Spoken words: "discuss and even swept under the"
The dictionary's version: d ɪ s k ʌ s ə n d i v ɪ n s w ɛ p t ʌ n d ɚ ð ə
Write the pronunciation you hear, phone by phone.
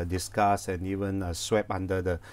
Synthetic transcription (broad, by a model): d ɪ s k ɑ s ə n i v ɪ n s w ɛ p ɑ n d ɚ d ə